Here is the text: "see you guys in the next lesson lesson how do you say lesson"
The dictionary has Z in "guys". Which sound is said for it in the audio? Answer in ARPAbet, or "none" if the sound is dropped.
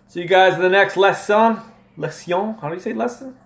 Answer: Z